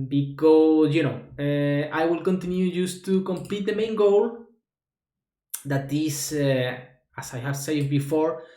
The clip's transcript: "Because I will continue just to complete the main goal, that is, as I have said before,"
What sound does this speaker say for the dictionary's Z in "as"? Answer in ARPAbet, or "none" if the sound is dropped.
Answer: S